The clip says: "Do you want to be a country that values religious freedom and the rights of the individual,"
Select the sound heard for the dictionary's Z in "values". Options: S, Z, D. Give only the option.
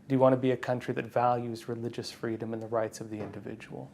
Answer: Z